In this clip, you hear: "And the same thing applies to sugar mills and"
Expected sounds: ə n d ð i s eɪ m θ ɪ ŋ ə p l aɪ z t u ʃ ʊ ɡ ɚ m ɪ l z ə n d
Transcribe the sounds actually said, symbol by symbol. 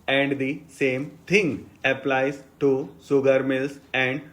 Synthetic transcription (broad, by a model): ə n d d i s eɪ m t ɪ ŋ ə p l aɪ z t u s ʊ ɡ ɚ m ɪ l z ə n d